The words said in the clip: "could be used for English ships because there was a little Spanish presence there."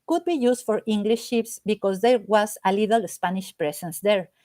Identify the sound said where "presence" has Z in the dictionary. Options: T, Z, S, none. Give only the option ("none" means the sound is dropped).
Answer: S